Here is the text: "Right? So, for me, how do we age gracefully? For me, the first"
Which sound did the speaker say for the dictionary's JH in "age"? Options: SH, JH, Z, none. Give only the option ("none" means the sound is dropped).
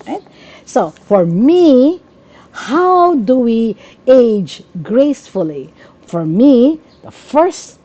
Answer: JH